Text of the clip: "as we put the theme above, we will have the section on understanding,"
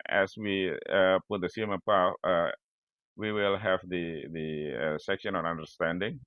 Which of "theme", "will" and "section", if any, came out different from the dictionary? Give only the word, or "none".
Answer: theme